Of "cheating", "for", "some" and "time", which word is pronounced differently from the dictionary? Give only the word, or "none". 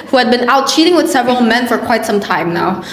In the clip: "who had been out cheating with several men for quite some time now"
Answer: none